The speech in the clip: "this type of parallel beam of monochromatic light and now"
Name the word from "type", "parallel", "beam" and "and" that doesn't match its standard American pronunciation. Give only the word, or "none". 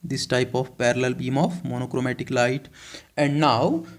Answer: none